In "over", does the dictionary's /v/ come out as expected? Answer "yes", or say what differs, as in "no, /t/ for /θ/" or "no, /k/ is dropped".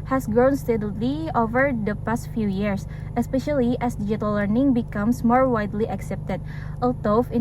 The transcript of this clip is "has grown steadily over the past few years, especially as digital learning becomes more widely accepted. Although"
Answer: yes